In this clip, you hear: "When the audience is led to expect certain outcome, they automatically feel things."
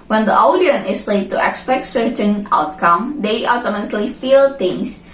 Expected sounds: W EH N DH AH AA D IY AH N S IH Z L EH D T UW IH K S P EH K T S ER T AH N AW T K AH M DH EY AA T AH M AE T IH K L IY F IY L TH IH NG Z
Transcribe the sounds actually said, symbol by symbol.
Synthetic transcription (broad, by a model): W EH N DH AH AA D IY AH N IH S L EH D T UW IH K S P EH K T S ER T AH N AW T K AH M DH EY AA T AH M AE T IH K L IY F IY L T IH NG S